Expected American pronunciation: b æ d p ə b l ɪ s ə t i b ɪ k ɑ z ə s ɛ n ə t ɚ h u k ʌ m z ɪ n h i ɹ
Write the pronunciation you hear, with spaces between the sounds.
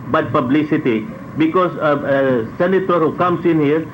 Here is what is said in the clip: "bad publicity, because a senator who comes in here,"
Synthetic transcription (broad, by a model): b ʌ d p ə b l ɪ s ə t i b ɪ k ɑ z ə s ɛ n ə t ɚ h u k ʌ m s ɪ n h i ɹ